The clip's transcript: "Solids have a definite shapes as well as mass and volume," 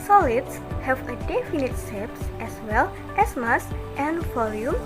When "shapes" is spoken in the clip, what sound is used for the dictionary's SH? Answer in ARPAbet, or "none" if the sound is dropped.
S